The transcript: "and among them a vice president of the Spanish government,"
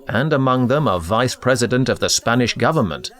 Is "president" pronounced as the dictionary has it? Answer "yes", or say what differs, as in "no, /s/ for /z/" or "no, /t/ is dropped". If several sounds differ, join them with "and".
yes